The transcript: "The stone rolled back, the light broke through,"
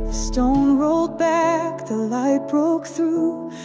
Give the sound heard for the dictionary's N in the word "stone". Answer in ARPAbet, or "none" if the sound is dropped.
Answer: N